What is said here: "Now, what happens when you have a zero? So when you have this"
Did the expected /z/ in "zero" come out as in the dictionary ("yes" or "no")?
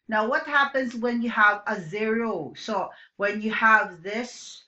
yes